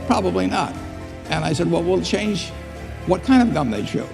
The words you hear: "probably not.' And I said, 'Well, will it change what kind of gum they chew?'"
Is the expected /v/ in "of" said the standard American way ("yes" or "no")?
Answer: yes